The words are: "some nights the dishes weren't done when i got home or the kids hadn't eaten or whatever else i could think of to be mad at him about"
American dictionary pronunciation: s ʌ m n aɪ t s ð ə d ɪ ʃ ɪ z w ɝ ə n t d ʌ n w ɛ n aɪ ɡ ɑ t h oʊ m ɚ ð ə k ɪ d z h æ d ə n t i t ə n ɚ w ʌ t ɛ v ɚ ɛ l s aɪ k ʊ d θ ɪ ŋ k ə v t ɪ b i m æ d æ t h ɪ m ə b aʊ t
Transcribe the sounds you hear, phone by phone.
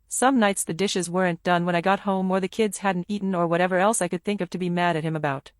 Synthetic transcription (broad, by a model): s ʌ m n aɪ t s ð ə d ɪ ʃ ɪ z w ɝ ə n d ʌ n w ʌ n aɪ ɡ ɑ t h oʊ m ɚ ð ə k ɪ d z h æ d n t i t n ɚ w ʌ t ɛ v ɚ ɛ l s aɪ k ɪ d θ ɪ ŋ k ə v t ɪ b i m æ d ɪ t h ɪ m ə b aʊ t